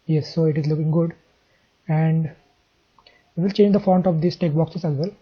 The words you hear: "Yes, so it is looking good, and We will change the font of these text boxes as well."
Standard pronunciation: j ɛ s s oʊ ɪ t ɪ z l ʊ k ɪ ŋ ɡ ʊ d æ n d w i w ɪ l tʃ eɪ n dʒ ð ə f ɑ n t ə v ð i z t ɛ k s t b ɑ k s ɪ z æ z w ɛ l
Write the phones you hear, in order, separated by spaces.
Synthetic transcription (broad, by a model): j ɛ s s oʊ ɪ t ɪ z l ʊ k ɪ ŋ ɡ ʊ d æ n d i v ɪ l tʃ eɪ n dʒ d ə f ɑ n t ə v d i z t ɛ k b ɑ k s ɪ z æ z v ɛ l